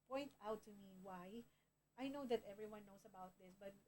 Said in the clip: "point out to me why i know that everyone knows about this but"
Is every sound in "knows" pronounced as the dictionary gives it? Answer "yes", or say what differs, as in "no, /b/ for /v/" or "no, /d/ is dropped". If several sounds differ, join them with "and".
no, /s/ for /z/